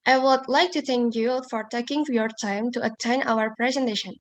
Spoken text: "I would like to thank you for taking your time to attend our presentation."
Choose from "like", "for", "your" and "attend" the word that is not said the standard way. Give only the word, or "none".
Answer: attend